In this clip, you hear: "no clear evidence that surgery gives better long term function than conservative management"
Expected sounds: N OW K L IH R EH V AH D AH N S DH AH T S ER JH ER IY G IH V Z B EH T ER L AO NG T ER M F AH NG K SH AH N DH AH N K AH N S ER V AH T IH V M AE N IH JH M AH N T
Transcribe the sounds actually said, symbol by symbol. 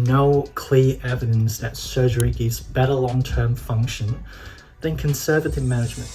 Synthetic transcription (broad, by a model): N OW K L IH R EH V AH D AH N S DH AH T S ER JH ER IY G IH Z B EH T ER L AO NG T ER M F AH NG K SH AH N DH AH N K AH N S ER V AH T IH V M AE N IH JH M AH N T